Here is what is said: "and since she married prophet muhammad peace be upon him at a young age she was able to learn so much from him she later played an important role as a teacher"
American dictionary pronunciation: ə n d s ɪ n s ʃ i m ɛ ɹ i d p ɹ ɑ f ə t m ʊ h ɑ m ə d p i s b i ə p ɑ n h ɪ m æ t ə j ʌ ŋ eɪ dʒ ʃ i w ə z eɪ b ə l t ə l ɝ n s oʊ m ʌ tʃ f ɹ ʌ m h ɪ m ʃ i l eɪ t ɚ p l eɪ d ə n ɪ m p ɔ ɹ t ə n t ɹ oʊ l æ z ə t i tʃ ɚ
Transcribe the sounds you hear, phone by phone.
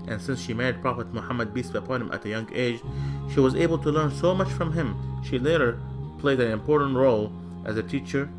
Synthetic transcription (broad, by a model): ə n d s ɪ n s ʃ i m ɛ ɹ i d p ɹ ɑ f ə t m ʊ h ɑ m ə d b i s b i ə p ɑ n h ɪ m æ t ə j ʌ ŋ eɪ dʒ ʃ i w ə z eɪ b ə l t ə l ɝ n s oʊ m ʌ tʃ f ɹ ʌ m h ɪ m ʃ i l eɪ t ɚ p l eɪ d ə n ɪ m p ɔ ɹ t n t ɹ oʊ l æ z ə t i tʃ ɚ